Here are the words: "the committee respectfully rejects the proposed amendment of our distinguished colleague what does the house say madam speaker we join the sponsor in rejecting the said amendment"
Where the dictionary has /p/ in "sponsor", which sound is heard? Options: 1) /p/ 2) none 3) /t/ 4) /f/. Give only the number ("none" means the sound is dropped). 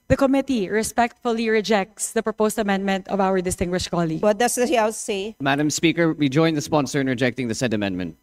1